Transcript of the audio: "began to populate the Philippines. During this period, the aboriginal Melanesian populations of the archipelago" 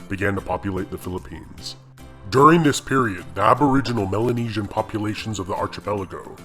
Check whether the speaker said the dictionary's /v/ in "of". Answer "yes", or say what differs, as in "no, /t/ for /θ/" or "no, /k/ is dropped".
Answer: yes